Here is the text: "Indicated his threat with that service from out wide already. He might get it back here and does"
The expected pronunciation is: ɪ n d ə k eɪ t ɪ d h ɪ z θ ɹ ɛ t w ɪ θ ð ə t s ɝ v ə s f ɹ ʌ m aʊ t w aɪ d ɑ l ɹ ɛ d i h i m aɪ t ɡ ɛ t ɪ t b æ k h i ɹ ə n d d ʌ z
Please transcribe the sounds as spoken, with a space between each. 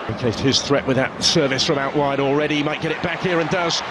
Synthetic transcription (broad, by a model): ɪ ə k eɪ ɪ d h ɪ z θ ɹ ɛ t w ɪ ð ə t s ɝ v ə s f ɹ ʌ m aʊ t w aɪ d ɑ l ɹ ɛ d i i m aɪ t ɡ ɛ t ɪ t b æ k h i ɹ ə n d d ʌ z